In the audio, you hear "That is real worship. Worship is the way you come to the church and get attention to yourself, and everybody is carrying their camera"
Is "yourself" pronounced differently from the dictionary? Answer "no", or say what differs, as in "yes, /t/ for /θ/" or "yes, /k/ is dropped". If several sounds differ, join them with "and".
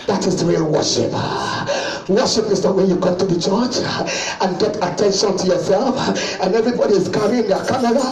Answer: no